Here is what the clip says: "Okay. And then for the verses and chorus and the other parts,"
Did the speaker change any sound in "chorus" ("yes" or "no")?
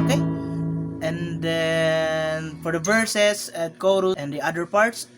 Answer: yes